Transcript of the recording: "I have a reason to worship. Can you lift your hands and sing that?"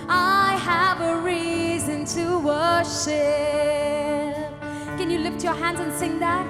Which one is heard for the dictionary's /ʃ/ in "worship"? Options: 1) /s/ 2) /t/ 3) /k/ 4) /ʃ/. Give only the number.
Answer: 4